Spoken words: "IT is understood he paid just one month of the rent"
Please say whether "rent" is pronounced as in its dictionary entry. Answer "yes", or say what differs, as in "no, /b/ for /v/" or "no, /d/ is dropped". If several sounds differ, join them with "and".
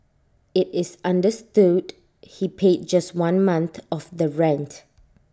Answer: yes